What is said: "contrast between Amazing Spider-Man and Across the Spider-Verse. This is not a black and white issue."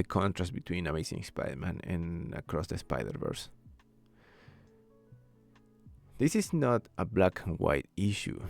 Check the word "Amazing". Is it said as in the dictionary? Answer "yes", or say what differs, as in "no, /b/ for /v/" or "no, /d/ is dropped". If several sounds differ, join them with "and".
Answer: no, /s/ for /z/